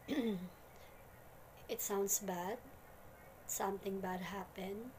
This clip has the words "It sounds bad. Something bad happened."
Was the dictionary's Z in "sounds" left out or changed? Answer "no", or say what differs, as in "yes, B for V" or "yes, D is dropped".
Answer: yes, S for Z